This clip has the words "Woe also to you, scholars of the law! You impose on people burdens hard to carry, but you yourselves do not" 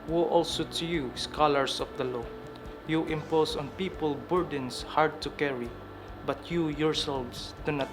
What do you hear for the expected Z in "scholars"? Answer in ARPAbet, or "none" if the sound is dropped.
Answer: S